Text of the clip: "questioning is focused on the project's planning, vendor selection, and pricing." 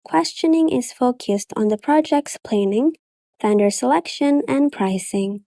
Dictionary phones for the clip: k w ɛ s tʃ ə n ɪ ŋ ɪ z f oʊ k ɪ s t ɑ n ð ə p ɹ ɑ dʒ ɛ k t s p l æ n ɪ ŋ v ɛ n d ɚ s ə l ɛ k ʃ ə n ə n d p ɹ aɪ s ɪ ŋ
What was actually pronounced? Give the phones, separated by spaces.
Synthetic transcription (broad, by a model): k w ɛ s tʃ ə n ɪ ŋ ɪ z f oʊ k ɪ s t n ð ə p ɹ ɑ dʒ ɛ k t s p l æ n ɪ ŋ f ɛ n d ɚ s ə l ɛ k ʃ ə n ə n p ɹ aɪ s ɪ ŋ